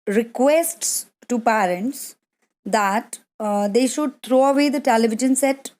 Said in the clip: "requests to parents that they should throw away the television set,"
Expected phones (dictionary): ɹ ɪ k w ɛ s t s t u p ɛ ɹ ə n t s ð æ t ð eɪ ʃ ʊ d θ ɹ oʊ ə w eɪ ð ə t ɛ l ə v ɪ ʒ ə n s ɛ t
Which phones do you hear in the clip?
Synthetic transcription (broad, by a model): ɹ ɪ k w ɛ s t s t u p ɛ ɹ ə n t s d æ t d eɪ ʃ ʊ d t ɹ oʊ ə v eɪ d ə t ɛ l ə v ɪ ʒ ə n s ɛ t